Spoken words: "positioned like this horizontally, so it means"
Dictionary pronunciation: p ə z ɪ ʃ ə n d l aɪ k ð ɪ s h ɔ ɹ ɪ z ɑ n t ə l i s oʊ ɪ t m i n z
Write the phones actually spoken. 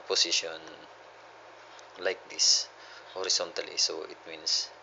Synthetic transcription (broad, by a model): p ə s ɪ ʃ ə n l aɪ k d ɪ s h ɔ ɹ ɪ s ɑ n t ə l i s oʊ ɪ t m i n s